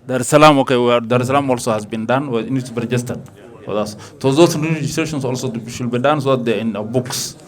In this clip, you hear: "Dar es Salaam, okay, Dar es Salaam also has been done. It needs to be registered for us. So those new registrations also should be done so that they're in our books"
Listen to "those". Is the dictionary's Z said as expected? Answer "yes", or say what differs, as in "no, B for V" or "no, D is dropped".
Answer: no, S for Z